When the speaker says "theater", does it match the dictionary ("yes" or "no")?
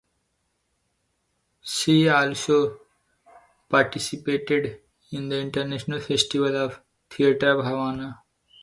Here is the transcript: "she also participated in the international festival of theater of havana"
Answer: no